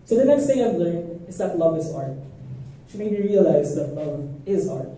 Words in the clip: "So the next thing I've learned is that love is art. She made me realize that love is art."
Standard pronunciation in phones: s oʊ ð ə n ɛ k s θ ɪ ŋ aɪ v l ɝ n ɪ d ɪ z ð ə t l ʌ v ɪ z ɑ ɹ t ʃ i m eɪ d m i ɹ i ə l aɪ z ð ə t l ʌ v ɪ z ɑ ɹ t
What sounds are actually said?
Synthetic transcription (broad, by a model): s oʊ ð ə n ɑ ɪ s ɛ ɪ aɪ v l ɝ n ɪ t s ð ə t l ʌ v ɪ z ɑ ɹ t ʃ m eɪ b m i ɹ i ə l aɪ z ð ə t l ʌ v ɪ z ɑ ɹ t